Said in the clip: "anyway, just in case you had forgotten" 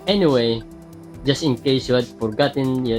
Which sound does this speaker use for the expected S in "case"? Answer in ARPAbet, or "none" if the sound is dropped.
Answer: none